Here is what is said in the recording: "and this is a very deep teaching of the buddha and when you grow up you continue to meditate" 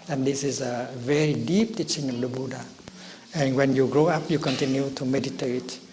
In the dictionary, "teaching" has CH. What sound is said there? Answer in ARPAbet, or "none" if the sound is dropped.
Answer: CH